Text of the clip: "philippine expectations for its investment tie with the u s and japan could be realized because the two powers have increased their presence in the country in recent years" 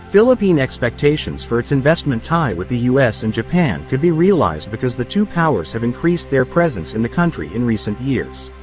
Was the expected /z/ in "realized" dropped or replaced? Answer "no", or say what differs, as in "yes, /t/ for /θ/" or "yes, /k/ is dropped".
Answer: no